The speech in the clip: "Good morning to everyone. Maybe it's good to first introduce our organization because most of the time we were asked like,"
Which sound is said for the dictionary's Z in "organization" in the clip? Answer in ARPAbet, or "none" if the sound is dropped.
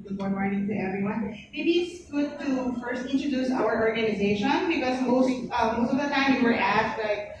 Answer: Z